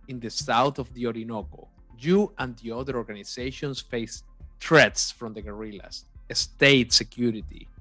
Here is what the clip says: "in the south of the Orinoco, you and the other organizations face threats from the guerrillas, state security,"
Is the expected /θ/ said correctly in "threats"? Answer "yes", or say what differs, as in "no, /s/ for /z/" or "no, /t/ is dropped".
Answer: no, /t/ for /θ/